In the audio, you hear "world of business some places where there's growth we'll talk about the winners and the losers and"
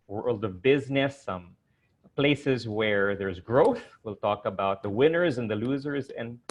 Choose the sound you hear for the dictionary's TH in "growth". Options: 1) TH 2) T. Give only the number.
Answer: 1